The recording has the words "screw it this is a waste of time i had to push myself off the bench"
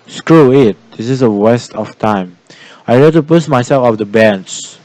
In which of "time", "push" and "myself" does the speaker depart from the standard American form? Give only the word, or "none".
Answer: push